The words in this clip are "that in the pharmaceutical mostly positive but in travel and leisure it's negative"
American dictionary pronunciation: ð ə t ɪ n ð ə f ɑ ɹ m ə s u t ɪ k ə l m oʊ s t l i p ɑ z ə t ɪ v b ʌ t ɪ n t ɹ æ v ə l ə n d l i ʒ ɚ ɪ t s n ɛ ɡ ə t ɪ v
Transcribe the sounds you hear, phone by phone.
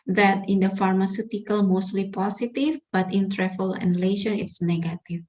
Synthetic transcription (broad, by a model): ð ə t ɪ n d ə f ɑ ɹ m ə s u t ɪ k ə l m oʊ s t l i p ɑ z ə t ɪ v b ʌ t ɪ n t ɹ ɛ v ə l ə n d l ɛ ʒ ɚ ɪ t s n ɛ ɡ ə t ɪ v